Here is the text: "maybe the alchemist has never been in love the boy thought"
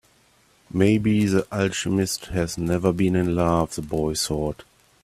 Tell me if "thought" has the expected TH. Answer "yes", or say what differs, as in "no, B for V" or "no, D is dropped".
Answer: no, S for TH